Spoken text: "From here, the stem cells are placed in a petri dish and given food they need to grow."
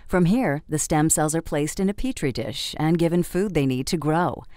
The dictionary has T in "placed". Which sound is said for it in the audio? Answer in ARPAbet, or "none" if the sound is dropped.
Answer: T